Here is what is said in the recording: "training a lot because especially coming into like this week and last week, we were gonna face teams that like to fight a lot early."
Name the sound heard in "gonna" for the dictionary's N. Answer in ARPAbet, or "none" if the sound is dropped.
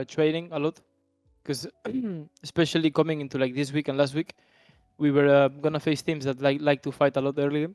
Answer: N